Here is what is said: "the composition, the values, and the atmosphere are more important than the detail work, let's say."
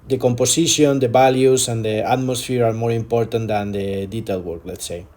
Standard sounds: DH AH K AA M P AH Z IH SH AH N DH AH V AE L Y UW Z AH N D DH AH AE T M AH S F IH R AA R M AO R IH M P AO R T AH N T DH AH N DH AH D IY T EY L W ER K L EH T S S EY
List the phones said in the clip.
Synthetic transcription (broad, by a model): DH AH K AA M P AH S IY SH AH N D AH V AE L Y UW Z AH N D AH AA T M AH S F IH R AA R M AO R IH M P AO R T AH N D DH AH N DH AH D IY T EY L W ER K L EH T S S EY